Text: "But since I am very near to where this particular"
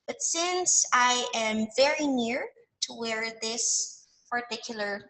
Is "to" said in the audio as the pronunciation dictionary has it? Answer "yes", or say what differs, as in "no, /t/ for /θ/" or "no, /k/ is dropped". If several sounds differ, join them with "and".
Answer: yes